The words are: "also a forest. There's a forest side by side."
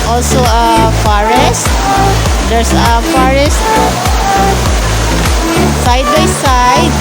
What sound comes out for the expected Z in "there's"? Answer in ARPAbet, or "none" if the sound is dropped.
S